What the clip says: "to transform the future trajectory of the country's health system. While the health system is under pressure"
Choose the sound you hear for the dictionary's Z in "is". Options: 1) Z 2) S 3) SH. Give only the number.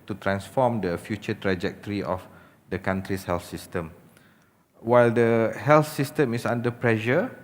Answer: 2